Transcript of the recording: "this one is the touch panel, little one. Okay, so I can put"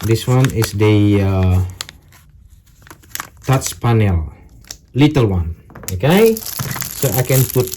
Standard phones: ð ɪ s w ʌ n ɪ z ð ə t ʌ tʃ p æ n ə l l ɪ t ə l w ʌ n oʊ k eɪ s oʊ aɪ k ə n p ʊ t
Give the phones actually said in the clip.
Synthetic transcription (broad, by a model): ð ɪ s w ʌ n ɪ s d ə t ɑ s p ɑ n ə l l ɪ t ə l w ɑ n oʊ k eɪ s oʊ aɪ k ə n p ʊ t